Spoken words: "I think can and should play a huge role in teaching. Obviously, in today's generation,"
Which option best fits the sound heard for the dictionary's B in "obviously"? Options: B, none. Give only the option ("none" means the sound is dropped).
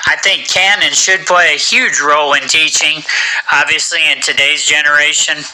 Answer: B